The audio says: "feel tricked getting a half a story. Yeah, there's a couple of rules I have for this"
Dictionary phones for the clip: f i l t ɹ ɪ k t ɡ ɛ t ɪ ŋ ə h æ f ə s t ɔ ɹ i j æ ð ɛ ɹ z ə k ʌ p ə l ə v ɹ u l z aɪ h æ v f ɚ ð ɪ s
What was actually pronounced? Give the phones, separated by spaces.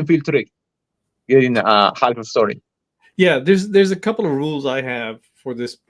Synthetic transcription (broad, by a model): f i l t ɹ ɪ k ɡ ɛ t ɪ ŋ ə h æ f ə s t ɔ ɹ i j æ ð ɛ ɹ z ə k ʌ p l ə v ɹ u l z aɪ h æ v f ɚ ð ɪ s